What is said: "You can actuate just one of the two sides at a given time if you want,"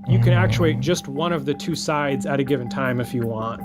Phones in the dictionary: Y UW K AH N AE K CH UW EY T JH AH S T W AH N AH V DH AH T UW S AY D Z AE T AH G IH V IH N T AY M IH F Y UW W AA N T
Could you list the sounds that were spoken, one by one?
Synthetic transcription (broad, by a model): Y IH K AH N AE K CH UW EY T JH AH S T W AH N AH V DH AH T UW S AY D Z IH T AH G IH V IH N T AY M IH F Y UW W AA N T